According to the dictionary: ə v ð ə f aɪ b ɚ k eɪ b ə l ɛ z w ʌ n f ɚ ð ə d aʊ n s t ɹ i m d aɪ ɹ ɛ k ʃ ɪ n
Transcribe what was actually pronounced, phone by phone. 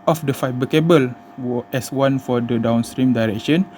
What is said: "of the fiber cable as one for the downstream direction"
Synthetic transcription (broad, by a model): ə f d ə f aɪ b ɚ k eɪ b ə l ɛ s w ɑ n f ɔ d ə d aʊ n s t ɹ i m d aɪ ɹ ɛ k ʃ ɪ n